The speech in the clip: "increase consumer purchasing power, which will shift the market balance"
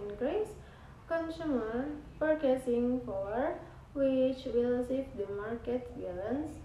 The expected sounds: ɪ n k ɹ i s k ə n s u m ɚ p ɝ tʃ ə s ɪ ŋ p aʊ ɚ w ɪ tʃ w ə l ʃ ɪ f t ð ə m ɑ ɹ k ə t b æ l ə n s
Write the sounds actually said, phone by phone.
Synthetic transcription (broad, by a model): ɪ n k ɹ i s k ə n s u m ɚ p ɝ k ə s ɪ ŋ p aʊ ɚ w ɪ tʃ w ə l s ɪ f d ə m ɑ ɹ k ə t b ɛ l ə n s